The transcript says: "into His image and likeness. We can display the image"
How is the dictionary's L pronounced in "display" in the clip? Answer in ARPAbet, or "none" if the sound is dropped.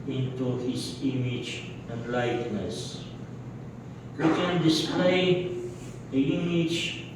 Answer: none